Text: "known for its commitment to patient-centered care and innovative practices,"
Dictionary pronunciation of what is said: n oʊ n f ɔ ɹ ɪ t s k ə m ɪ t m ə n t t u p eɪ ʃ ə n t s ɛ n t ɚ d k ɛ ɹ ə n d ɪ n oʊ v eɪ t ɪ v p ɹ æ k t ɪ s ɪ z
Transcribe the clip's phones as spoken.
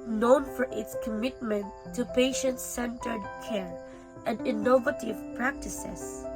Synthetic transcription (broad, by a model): n oʊ n f ɔ ɹ ɪ t s k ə m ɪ t m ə n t t u p eɪ ʃ ə n t s ɛ n t ɚ d k ɛ ɹ ə n d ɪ n oʊ v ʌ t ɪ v p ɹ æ k t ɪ s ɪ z